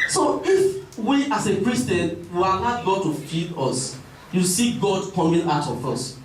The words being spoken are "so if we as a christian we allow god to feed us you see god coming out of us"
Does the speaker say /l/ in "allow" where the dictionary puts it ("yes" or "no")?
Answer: no